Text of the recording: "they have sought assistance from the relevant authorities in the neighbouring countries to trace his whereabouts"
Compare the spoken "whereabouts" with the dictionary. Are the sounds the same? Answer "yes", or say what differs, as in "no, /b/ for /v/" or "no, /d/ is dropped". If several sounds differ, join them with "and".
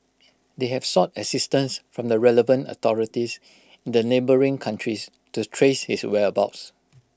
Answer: no, /ɹ/ is dropped